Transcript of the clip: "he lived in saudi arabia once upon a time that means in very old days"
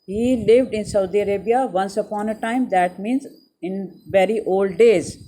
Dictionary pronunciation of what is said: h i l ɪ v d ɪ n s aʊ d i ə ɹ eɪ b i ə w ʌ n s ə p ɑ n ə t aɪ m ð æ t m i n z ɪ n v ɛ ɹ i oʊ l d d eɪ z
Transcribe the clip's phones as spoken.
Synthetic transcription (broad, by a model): h i l ɪ v d ɪ n s aʊ d i ə ɹ eɪ b i ə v ʌ n s ə p ɑ n ə t aɪ m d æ t m i n z ɪ n v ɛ ɹ i oʊ l d d eɪ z